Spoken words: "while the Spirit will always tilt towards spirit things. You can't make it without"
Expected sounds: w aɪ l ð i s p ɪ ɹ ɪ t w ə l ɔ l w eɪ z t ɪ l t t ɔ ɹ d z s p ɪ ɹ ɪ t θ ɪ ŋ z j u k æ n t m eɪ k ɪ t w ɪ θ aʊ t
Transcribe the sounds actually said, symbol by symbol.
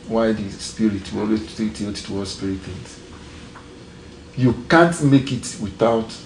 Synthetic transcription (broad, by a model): w aɪ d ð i s p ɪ ɹ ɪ t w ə ɔ l w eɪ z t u t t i l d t s p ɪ ɹ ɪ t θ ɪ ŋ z j u k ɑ n t m eɪ k ɪ t w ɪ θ aʊ t